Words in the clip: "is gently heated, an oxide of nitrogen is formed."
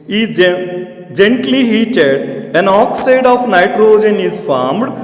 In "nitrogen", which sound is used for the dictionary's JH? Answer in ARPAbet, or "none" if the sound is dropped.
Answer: JH